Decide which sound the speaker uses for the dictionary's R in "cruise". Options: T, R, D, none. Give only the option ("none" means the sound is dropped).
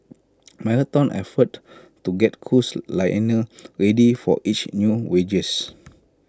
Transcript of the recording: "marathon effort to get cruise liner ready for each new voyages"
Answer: none